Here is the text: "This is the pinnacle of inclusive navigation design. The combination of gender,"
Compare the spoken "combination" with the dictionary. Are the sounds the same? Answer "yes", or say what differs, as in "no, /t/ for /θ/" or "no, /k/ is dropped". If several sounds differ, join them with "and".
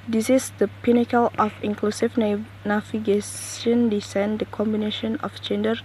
yes